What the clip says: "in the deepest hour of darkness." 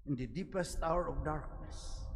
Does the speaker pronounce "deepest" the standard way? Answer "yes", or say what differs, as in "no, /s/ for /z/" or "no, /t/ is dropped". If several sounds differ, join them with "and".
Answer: yes